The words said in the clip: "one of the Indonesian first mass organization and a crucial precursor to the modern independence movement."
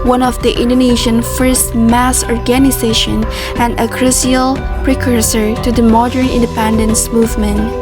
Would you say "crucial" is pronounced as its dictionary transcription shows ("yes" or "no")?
no